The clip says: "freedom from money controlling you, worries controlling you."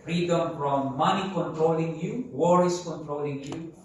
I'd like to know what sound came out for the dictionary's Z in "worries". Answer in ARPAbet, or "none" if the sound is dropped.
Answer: S